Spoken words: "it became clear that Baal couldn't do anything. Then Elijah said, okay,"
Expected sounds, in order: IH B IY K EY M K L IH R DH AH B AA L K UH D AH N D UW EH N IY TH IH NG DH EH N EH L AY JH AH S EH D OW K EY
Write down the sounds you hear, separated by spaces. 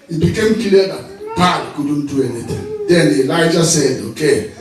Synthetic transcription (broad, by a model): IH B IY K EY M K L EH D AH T AA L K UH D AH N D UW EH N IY T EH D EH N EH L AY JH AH S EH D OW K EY